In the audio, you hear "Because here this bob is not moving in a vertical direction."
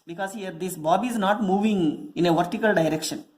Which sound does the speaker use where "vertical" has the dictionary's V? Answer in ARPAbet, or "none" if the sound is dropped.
V